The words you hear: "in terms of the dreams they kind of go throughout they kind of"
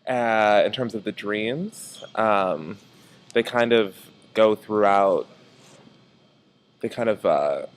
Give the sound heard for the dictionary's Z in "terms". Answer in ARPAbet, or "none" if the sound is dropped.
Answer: Z